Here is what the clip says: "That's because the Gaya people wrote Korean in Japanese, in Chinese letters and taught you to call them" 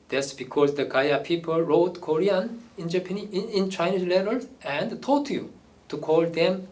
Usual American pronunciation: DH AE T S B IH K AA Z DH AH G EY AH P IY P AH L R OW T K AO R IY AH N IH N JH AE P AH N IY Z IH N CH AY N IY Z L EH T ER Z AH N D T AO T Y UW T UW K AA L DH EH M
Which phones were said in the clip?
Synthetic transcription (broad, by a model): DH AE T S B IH K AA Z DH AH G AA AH P IY P AH L R OW T K AO R IY AH N IH N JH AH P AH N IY IH N CH AY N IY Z L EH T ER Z AH N D T AO T Y UW T UW K AA L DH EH M